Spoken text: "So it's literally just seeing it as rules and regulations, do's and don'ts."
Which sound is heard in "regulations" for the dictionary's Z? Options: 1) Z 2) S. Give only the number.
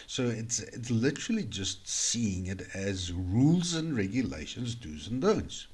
1